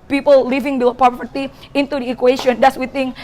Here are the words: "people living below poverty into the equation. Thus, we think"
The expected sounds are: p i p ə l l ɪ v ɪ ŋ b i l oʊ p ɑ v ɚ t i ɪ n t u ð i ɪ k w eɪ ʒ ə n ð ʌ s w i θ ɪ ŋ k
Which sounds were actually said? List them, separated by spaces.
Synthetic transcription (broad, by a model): p i p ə l l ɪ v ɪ ŋ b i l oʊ p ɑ p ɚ t i ɪ n t u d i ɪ k w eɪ ʃ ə n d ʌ s w i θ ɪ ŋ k